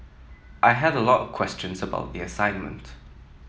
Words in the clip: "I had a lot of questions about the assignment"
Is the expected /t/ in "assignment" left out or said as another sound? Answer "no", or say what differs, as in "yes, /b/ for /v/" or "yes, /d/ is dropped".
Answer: no